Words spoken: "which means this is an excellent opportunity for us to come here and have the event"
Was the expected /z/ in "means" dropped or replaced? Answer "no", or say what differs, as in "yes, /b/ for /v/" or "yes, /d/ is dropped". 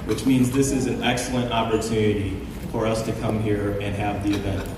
no